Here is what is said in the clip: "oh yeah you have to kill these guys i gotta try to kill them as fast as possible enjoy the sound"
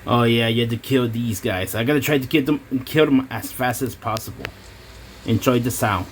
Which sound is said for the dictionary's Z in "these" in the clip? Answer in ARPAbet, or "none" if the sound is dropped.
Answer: Z